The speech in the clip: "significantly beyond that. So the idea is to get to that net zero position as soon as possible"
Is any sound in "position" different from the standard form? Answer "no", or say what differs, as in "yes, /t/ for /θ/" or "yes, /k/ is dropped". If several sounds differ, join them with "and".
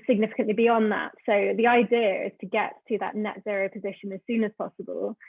no